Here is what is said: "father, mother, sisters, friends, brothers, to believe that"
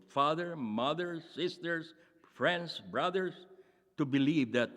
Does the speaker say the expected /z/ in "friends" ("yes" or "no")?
no